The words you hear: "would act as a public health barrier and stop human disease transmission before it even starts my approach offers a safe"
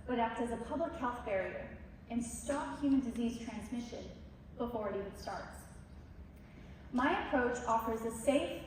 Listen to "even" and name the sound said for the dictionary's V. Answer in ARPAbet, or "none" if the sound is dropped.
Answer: none